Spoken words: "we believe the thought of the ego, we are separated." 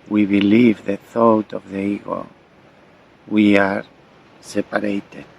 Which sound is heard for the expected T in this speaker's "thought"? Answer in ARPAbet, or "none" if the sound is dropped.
T